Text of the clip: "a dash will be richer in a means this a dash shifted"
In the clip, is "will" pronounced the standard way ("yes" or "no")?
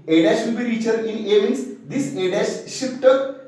no